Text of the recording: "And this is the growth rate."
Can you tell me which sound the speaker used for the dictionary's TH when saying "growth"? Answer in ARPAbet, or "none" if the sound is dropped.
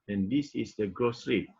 S